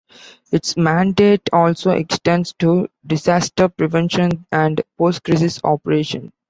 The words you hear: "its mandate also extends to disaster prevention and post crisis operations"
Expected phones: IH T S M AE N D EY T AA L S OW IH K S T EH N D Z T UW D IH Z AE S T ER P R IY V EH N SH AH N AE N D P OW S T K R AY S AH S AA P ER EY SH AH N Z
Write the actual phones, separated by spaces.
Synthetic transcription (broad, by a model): IH T S M AE N D EY T AA L S OW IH K S T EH N D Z T UW D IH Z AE S T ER P R IY V EH N SH AH N AE N D P OW S T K R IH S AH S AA P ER EY SH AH N